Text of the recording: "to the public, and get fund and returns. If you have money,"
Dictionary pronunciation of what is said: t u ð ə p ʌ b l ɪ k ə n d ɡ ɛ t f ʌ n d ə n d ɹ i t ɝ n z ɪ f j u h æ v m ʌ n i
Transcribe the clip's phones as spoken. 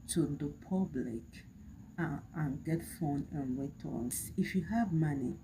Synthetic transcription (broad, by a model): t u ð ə p ʌ b l ɪ k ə n ɡ ɛ t f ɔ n ə n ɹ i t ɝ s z ɪ f j u h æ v m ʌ n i